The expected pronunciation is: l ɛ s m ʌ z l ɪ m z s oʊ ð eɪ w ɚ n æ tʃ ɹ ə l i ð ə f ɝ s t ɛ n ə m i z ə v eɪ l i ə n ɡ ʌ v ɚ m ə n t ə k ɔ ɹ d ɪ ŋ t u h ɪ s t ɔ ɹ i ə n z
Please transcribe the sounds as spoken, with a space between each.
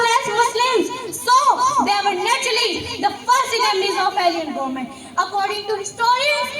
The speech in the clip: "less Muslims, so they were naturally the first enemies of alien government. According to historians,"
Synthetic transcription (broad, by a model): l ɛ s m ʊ s l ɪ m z s oʊ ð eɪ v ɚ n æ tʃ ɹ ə l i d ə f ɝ s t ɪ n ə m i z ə p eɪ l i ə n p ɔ m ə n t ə k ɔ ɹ d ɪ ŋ t u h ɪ s t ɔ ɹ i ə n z